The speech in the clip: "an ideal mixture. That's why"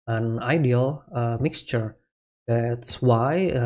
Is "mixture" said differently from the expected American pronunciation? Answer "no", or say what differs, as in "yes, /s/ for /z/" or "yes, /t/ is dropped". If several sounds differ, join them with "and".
no